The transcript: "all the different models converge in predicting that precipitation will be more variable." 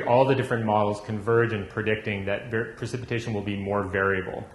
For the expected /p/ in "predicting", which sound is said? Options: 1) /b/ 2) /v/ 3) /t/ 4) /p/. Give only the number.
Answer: 4